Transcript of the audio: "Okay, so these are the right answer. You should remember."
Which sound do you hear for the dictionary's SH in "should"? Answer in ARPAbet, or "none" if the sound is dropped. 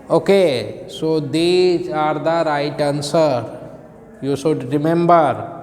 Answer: S